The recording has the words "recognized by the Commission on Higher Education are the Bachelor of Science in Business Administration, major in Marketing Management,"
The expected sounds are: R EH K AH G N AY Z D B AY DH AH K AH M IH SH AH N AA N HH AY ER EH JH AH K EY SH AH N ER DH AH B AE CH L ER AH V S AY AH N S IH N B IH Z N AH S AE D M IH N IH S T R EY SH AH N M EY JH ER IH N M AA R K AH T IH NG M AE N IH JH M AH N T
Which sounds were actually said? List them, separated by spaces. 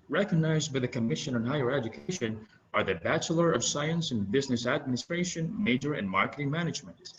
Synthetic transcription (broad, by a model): R EH K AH G N AY Z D B AY DH AH K AH M IH SH AH N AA N HH AY ER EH JH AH K EY SH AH N ER DH AH B AE CH L ER AH V S AY AH N S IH N B IH Z N AH S AE D M IH N IH S T R EY SH AH N M EY JH ER IH N M AA R K AH T IH NG M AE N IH JH M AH N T